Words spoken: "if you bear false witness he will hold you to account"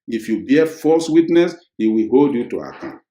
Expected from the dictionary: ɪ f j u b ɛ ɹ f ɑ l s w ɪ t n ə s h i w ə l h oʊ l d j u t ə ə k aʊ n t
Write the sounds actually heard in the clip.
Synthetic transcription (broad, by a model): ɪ f j u b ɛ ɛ f ɑ s w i t n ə s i w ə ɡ oʊ d j u t ə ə k aʊ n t